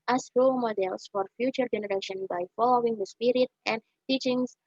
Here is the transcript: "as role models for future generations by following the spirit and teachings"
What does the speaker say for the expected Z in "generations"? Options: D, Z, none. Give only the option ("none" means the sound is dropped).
none